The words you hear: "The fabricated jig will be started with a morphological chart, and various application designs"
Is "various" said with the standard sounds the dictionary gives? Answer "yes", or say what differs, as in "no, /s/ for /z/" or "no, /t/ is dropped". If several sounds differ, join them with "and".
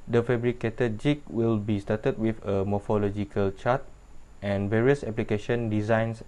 yes